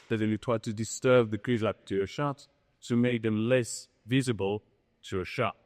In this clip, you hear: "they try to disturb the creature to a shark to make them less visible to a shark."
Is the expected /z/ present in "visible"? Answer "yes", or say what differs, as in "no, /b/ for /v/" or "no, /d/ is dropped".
yes